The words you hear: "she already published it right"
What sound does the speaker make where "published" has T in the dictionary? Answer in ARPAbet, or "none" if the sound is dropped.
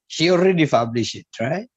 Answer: none